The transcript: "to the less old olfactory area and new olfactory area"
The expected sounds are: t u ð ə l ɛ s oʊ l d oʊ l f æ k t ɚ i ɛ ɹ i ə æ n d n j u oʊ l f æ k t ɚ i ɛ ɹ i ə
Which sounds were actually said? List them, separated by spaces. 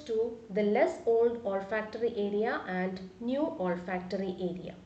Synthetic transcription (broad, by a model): t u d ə l ɛ s oʊ l d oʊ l f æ k t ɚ i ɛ ɹ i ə æ n d n j u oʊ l f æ k t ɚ i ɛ ɹ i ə